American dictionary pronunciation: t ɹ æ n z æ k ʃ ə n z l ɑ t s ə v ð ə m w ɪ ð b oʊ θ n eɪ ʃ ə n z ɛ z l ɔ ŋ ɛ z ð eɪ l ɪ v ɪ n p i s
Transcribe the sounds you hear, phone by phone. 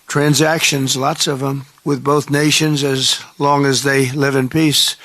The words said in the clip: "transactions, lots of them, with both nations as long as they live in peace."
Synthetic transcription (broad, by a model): t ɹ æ n z æ k ʃ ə n z l ɑ t s ə v ð ə m w ɪ ð b oʊ θ n eɪ ʃ ə n z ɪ z l ɔ ŋ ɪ z ð eɪ l ɪ v ɪ n p i s